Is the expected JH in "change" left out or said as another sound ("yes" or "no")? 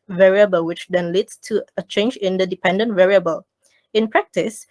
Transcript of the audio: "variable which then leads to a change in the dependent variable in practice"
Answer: no